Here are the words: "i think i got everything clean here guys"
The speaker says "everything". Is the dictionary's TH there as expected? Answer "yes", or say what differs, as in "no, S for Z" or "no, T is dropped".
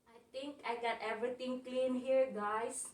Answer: no, T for TH